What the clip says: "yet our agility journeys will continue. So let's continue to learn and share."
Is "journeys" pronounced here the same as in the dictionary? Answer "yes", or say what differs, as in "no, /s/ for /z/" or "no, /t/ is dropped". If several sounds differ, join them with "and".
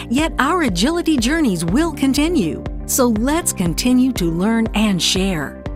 yes